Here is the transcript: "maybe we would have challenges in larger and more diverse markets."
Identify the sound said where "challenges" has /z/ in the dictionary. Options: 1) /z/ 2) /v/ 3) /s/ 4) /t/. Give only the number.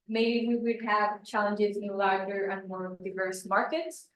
1